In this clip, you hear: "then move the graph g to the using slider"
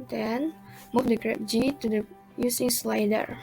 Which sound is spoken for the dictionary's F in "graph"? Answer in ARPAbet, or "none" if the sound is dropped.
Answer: P